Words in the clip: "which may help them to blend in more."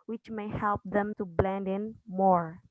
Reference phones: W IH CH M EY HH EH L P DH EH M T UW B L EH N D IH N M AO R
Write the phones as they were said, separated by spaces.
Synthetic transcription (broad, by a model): W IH CH M EY HH EH L P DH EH M T UW B L EH N D IH N M AO R